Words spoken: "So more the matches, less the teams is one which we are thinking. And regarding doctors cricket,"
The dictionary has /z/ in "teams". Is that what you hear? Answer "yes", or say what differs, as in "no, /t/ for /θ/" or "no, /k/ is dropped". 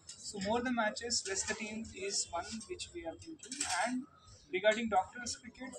no, /z/ is dropped